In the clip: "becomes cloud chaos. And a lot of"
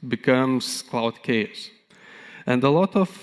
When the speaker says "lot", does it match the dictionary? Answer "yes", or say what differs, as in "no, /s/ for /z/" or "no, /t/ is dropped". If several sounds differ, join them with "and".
yes